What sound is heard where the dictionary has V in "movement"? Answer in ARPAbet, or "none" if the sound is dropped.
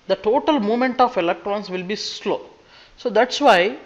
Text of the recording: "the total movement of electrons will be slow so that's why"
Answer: none